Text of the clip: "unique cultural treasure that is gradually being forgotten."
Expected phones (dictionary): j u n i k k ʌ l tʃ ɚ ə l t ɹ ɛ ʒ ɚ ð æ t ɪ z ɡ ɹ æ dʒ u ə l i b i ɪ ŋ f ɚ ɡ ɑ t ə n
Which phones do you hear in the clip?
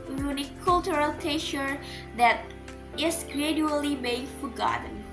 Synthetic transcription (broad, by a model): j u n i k k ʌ l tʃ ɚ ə l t ɛ ʃ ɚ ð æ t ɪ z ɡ ɹ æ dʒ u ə l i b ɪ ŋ f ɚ ɡ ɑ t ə n